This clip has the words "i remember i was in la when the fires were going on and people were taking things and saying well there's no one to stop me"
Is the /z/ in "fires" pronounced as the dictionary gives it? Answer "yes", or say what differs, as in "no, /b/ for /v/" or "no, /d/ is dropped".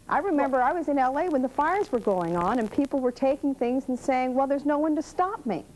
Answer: yes